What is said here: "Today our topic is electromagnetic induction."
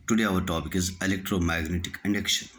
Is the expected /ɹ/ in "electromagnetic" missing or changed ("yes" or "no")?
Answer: no